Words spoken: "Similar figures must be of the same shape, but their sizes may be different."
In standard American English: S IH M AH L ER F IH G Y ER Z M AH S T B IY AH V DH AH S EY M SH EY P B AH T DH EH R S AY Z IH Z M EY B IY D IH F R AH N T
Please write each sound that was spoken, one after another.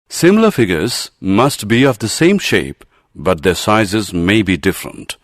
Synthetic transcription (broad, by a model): S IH M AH L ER F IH G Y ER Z M AH S T B IY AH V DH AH S EY M SH EY P B AH T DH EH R S AY Z IH Z M EY B IY D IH F R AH N T